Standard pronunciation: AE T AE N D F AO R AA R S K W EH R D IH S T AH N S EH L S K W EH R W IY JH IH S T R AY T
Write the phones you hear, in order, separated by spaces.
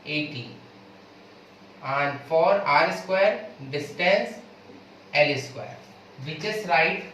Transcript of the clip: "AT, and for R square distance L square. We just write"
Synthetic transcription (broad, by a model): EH T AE N D F AO R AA R S K W EH R D IH S T AH N S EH L S K W EH R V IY CH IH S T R AY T